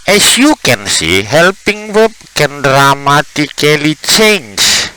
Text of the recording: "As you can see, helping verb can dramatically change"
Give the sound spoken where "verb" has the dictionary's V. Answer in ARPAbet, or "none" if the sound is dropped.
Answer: W